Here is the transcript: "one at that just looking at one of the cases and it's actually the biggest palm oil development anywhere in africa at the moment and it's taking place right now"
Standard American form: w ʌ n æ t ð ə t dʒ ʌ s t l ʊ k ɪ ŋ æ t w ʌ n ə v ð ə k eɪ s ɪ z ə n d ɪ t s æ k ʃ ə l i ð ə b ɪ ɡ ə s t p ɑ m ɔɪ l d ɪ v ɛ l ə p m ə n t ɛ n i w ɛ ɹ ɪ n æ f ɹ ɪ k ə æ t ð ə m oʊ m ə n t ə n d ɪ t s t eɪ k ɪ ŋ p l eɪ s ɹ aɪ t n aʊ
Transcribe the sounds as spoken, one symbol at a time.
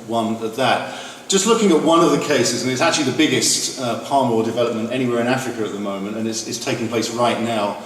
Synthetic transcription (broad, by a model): w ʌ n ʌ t ð ə t dʒ ʌ s t l ʊ k ɪ ŋ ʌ t w ʌ n ə v ð ə k eɪ s ɪ z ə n ɪ t s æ k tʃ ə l i ð ə b ɪ ɡ ə s t p ɑ m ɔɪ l d ɪ v ɛ l ə p m ə n t ɛ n i w ɛ ɹ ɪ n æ f ɹ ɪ k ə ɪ t ð ə m oʊ m ə n t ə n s ɪ t s t eɪ k ɪ ŋ p l eɪ s ɹ aɪ t n aʊ